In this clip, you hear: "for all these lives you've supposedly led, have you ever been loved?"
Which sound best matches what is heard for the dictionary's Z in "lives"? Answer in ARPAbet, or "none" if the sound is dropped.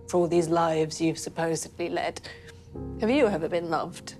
Z